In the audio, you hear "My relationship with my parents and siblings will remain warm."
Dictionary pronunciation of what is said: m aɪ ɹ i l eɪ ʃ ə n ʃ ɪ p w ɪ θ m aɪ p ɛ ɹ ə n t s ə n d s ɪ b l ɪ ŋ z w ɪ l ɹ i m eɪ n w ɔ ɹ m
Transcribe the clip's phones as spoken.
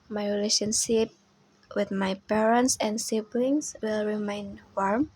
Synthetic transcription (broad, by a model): m aɪ ɹ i l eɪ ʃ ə n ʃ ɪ p w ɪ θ m aɪ p ɛ ɹ ə n t s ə n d s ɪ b l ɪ ŋ s w ɪ l ɹ i m eɪ n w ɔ ɹ m